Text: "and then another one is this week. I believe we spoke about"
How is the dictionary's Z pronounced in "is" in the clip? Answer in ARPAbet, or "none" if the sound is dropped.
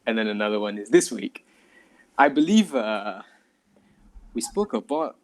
Z